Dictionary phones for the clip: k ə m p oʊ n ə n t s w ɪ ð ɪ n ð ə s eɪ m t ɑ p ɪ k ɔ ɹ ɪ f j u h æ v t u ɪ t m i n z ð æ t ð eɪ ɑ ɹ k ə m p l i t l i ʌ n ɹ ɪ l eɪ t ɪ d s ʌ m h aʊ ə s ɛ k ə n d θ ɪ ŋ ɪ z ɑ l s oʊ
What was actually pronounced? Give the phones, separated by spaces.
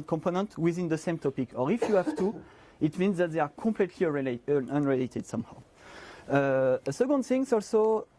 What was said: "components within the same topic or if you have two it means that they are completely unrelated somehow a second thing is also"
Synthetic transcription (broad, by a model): k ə m p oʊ n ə n t w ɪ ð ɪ n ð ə s eɪ m t ɑ p ɪ k ɔ ɹ ɪ f j u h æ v t u ɪ t m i n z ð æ t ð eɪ ɑ ɹ k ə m p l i t l i ʌ n ɹ ɪ l eɪ t ɪ d s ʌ m h aʊ ə s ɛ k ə n d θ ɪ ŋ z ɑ l s oʊ